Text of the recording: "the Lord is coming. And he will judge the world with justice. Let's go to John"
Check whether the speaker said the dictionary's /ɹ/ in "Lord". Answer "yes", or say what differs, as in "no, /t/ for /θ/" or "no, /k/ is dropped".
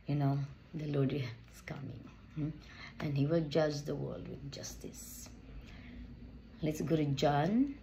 no, /l/ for /ɹ/